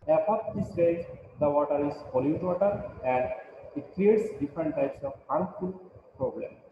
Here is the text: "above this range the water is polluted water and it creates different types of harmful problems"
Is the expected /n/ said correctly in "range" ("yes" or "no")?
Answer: no